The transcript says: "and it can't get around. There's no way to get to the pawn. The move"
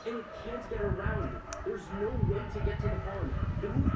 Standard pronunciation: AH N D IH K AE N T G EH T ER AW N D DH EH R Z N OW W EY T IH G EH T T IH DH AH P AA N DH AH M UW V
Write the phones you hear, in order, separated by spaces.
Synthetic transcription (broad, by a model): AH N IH K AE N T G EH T ER AW N D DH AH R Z N OW W EY T IH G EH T T IH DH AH F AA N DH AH